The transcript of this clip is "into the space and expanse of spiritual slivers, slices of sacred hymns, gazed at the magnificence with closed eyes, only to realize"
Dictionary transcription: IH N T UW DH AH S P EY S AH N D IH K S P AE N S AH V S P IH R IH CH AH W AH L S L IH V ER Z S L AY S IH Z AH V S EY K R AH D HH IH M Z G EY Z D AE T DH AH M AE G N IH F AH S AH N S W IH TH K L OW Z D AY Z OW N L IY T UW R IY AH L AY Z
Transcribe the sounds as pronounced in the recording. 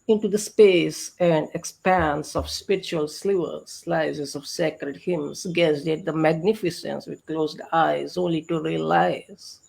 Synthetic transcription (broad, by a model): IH N T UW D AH S P EY S AH N D IH K S P AE N S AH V S P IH R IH CH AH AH L S L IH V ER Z S L AY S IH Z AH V S EY K R AH D HH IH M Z G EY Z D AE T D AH M AE G N IH F AH S AH N S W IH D K L OW Z D AY Z OW N L IY T UW R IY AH L AY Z